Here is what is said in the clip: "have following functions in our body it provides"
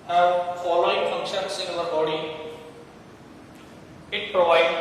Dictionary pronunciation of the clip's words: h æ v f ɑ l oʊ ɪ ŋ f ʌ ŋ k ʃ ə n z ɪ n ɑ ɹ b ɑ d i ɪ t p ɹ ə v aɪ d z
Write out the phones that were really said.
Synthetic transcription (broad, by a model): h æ f ɑ l oʊ ɪ ŋ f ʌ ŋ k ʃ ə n s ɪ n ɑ l b ɑ d i ɪ t p ɹ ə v aɪ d